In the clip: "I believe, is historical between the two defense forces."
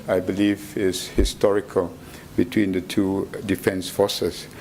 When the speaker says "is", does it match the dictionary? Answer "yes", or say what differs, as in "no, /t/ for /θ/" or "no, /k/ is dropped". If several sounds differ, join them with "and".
no, /s/ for /z/